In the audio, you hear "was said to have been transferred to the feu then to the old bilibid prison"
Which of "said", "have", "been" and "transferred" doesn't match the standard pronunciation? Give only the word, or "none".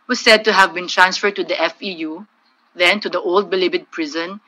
none